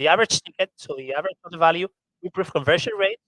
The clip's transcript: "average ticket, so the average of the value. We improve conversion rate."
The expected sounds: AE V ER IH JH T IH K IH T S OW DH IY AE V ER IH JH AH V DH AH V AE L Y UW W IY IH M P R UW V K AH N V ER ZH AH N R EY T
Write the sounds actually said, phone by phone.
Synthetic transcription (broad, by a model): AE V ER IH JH T IH K IH T S OW DH IY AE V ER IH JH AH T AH V AE L Y UW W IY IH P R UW F K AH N V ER SH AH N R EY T